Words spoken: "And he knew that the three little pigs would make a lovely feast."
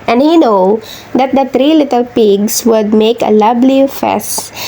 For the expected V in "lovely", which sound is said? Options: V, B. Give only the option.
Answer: B